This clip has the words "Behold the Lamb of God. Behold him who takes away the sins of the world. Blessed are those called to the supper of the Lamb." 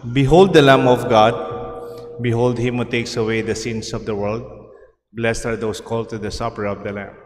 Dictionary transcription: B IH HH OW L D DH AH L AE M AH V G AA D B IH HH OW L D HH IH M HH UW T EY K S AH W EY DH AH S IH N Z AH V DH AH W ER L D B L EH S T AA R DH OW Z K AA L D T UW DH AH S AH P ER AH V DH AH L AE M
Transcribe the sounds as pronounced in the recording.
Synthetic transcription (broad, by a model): B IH HH OW L D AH L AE M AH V G AA D B IH HH OW L D HH IH M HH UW T EY K S AH W EY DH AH S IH N S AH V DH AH W ER L D B L EH S T AA R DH OW S K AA L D T UW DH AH S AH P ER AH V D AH L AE M